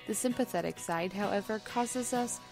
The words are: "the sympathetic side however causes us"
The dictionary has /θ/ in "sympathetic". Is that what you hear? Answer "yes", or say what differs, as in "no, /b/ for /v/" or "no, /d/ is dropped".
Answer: yes